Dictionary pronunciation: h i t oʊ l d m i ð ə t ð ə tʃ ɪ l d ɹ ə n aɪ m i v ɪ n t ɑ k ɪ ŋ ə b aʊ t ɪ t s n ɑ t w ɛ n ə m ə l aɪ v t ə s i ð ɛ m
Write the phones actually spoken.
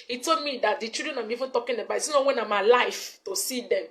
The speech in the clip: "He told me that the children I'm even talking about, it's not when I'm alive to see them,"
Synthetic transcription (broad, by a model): h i t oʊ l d m i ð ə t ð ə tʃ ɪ d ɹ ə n aɪ m i v ɪ n t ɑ k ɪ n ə b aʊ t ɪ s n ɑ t w ɛ n ə m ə l aɪ f t ə s i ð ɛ m